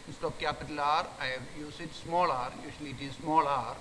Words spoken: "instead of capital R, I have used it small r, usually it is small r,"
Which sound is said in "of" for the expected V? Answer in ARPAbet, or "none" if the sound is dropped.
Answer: P